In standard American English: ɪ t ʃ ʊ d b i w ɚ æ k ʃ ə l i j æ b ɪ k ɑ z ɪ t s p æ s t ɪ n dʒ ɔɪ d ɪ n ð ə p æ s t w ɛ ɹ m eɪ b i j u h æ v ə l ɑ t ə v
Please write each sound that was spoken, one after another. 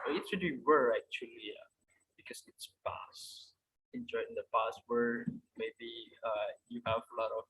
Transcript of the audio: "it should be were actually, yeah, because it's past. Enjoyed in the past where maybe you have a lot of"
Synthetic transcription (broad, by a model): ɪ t s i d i w ɚ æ k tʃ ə l i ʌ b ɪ k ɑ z ɪ t s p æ s ɪ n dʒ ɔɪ ɪ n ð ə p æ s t w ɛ ɹ m eɪ b i j u h æ v ə l ɑ t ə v